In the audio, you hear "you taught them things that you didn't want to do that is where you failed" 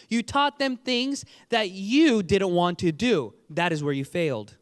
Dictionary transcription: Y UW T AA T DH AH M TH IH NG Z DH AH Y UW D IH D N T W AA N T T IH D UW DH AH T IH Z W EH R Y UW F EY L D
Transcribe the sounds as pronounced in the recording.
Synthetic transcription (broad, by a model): Y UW T AA T DH AH M TH IH NG Z DH AH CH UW D IH D N T W AA N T T IH D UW DH AH T IH Z W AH R Y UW F EY L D